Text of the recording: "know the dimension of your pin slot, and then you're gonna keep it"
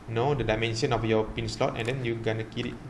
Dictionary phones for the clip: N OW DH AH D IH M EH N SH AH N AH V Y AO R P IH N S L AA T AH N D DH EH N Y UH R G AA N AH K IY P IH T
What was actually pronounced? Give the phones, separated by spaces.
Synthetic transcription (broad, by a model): N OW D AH D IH M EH N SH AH N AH F Y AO P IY N S L AA T AH N D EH N Y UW G AA N AH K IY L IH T